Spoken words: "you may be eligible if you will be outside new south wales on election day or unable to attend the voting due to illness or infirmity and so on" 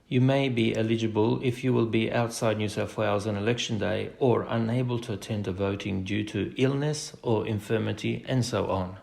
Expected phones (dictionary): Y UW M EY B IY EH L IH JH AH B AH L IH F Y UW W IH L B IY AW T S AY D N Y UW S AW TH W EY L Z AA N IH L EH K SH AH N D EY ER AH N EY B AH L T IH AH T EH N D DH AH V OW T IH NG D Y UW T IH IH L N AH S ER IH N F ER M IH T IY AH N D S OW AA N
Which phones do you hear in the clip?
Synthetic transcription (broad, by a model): Y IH M EY B IY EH L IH JH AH B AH L IH F Y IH W IH L B IY AW T S AY D N Y UW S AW F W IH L Z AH N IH L EH K SH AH N D EY ER AH N EY B AH L T IH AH T EH N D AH V OW T IH NG D Y UW T IH IH L N AH S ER IH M F ER M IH T IY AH N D S OW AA N